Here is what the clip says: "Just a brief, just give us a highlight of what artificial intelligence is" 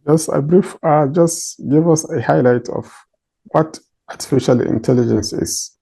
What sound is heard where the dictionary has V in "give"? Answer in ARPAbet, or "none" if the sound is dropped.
V